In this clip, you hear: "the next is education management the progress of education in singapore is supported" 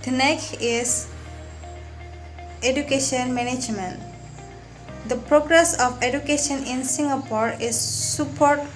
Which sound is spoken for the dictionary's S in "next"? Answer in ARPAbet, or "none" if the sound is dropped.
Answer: none